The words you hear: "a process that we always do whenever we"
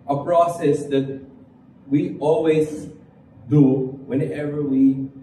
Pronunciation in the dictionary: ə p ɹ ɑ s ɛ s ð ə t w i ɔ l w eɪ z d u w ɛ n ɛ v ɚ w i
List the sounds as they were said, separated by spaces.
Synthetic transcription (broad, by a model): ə p ɹ ɑ s ɛ s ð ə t w i ɔ l w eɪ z d u w ɛ n ɛ v ɚ w i